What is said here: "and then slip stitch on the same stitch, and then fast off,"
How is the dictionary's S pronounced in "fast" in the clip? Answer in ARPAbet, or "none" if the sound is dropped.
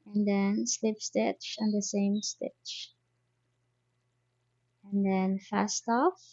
S